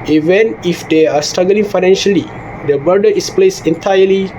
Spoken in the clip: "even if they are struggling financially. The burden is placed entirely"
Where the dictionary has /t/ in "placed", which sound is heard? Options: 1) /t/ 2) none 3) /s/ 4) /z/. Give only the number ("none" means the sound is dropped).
2